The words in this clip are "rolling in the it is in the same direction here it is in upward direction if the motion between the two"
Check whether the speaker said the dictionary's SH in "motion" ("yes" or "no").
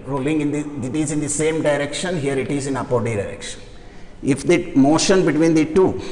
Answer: yes